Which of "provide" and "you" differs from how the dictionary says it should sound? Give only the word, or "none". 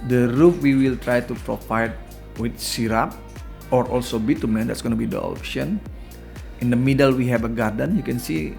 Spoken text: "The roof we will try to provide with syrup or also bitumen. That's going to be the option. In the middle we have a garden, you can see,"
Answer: provide